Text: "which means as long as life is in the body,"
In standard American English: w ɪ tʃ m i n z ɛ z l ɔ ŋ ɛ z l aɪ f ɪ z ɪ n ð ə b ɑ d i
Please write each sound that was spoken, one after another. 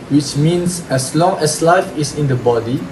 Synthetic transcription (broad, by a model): w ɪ tʃ m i n s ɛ s l ɔ ŋ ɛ s l aɪ f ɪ s ɪ n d ə b ɑ d i